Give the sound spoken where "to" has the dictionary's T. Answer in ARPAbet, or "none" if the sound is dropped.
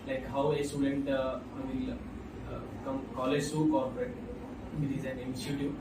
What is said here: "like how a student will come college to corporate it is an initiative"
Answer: S